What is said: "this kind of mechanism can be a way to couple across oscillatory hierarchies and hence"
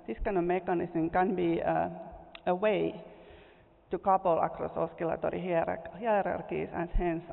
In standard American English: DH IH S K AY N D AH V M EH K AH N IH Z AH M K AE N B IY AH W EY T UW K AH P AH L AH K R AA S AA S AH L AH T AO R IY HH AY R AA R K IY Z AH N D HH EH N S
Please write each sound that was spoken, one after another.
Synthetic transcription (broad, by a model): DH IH S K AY N AH M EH K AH N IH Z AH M K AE N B IY AH W EY T UW K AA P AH L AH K R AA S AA S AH L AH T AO R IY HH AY R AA R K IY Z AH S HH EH N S